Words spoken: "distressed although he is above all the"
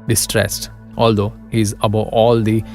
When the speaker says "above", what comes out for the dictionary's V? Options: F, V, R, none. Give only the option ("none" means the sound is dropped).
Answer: none